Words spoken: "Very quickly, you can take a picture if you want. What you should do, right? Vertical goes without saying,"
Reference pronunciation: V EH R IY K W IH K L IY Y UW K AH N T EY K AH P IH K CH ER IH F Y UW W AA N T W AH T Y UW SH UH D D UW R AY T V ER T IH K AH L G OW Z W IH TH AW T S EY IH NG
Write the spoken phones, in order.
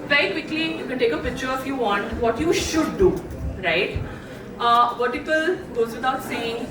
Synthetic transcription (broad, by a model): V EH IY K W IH K L IY Y UW K AH N T EY K AH P IH K CH ER IH F Y UW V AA N T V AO T Y UW SH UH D D UW R AY T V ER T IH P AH L G OW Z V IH T AW T S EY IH NG